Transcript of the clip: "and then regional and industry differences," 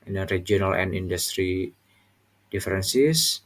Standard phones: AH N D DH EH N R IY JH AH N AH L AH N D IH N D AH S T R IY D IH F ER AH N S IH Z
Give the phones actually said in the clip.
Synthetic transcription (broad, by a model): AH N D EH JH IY AH N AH L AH N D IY N D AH S T R IY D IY F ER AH N S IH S